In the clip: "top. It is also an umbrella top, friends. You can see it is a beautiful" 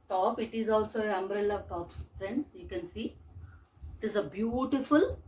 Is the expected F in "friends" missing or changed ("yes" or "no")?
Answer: yes